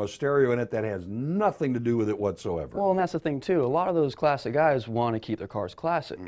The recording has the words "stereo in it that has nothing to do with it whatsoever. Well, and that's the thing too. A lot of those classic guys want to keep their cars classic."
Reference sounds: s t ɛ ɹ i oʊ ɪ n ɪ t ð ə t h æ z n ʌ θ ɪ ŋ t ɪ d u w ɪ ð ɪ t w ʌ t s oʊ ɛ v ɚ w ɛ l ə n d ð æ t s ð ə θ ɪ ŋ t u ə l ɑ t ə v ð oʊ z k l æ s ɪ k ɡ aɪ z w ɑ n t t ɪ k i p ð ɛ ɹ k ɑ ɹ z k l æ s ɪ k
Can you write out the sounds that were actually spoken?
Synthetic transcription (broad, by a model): s t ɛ ɹ i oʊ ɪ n ɪ t ð ə t h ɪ z n ʌ θ ɪ ŋ t ɪ d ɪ w ɪ ð ɪ t w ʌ t s oʊ ɛ v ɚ w ɛ l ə n ð æ t s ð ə θ ɪ ŋ t u ə l ɑ t ə v ð oʊ z k l æ s ɪ k ɡ aɪ z w ɑ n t t ɪ k i p ð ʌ ɹ k ɑ ɹ z k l æ s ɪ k